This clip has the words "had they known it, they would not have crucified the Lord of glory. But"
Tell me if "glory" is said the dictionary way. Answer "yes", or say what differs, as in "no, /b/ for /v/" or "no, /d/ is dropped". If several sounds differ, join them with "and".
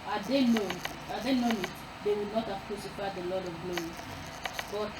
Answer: no, /ɹ/ is dropped